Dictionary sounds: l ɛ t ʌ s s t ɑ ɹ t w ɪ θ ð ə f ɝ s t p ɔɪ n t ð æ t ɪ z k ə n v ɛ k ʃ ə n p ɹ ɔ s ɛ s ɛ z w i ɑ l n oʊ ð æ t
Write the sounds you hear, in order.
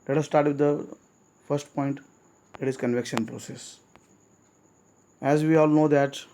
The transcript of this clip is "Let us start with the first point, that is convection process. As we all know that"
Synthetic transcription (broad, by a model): l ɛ t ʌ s s t ɑ ɹ t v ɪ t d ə f ɝ s t p ɔɪ n t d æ t ɪ z k ə n v ɛ k ʃ ə n p ɹ ɔ s ɛ s ɛ z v i ɑ l n oʊ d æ t